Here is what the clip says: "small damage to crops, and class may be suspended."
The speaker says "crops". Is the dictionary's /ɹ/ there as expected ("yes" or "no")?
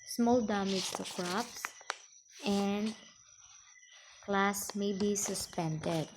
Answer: yes